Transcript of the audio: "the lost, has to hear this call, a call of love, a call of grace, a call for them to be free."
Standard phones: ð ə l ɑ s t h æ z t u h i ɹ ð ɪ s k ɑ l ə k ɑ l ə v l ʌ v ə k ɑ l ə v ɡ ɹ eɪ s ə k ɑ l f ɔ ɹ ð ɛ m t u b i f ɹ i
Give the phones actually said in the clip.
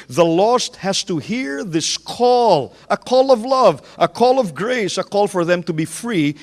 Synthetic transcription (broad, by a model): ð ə l ɑ s t h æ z t u h i ɹ ð ɪ s k ɑ l ə k ɑ l ə v l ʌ v ə k ɑ l ə v ɡ ɹ eɪ s ə k ɑ l f ɔ ɹ ð ɛ m t u b i f ɹ i